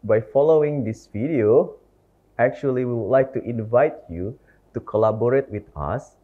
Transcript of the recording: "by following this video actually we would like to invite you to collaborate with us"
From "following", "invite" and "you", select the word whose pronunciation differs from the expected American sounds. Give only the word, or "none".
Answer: none